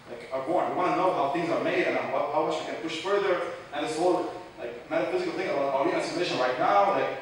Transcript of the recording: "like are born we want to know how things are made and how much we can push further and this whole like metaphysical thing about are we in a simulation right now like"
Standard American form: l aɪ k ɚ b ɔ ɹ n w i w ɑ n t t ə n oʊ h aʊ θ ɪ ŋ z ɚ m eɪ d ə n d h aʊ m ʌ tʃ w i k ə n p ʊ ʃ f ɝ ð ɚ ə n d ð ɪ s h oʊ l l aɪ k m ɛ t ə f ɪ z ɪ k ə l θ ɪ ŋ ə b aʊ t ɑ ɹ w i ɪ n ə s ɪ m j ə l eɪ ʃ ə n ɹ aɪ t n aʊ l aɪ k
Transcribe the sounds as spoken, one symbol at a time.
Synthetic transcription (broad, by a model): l aɪ k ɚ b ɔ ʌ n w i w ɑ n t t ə n oʊ h aʊ θ ɪ ŋ z ɚ m eɪ d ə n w h aʊ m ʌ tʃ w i k ə n p ʊ ʃ f ɝ ð ɚ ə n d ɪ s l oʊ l l aɪ k m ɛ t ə f ɪ z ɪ k l θ ɪ ŋ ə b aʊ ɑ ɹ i ɪ n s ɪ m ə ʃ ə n ɹ aɪ t n aʊ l aɪ k